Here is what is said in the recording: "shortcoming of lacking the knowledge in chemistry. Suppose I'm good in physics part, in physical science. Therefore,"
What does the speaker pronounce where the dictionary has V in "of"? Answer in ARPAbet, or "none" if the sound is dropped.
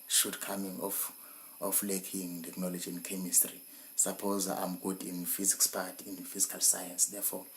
F